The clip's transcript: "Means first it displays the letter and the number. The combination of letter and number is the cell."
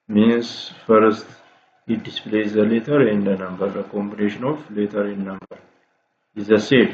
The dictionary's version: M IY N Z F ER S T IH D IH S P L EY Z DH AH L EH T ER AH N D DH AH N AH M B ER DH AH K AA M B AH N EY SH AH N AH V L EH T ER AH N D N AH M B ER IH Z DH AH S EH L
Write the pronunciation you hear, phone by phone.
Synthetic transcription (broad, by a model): M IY N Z F ER S T IH D IH S P L EY Z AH L EH T ER AH N D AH N AH M B ER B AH K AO M B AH N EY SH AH N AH F L EH T ER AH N N AH M B ER IH Z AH S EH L